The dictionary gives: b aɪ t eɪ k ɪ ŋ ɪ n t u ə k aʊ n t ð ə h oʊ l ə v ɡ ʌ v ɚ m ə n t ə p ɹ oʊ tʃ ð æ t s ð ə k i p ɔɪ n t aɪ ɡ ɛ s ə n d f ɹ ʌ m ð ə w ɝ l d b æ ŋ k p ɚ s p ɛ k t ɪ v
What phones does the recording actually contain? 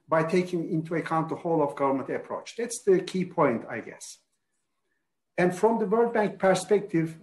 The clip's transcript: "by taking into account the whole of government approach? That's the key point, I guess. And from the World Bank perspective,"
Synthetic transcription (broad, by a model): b aɪ t eɪ k ɪ ŋ ɪ n t u ə k aʊ n t ð ə h oʊ l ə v ɡ ʌ v ɚ m ə n t ə p ɹ oʊ tʃ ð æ t s ð ə k i p ɔɪ n t aɪ ɡ ɛ s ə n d f ɹ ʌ m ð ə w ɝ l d b æ ŋ k p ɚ s p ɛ k t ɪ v